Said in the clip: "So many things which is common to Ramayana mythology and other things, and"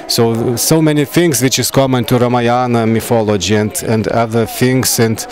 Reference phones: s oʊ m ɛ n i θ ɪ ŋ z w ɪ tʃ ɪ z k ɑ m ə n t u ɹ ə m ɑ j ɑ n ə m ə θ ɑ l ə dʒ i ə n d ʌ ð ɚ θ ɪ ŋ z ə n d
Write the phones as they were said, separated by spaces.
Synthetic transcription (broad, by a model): s oʊ m ɛ n i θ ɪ ŋ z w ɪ tʃ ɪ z k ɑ m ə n t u ɹ ə m ɑ j ɑ n ə m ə f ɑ l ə dʒ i ə n d ʌ ð ɚ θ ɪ ŋ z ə n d